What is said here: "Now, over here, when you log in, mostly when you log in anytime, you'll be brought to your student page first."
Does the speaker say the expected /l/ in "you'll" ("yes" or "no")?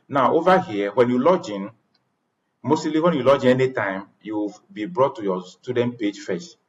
no